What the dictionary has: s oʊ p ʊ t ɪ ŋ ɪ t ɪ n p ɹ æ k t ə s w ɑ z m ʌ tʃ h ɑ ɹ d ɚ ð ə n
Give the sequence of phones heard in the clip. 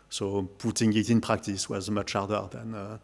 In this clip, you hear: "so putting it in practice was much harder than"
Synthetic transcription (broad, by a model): s oʊ p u t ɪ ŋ ɪ t ɪ n p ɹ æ k t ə s w ɑ z m ʌ tʃ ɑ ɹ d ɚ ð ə n